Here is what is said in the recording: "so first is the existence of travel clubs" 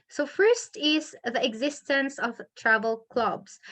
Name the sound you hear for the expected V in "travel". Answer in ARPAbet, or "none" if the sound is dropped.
V